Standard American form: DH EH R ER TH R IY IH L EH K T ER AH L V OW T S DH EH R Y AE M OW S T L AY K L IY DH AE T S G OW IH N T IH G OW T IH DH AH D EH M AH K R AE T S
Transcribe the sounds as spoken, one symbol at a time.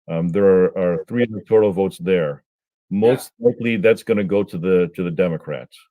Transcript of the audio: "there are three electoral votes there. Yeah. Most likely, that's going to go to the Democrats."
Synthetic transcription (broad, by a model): DH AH R ER TH R IY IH N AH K T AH L V OW T S DH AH R M OW S T L AY K L IY DH AE T S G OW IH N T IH G OW T IH DH AH D EH M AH K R AE T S